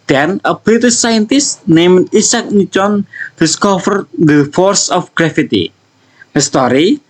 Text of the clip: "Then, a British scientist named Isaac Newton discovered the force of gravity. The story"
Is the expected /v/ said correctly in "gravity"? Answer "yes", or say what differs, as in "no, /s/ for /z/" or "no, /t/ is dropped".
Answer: no, /f/ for /v/